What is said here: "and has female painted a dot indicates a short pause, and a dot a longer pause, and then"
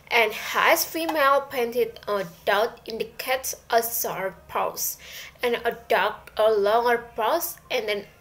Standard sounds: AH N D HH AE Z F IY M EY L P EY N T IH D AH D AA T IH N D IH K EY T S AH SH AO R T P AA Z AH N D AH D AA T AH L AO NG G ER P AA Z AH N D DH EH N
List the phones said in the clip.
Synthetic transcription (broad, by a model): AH N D HH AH S F IY M EY L P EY N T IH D AH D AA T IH N D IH K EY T S AH S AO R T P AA S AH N AH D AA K AH L AO NG G ER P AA S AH N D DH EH N